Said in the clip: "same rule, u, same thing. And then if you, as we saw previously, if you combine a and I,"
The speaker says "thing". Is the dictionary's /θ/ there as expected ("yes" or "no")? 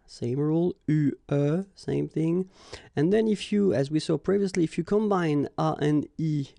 yes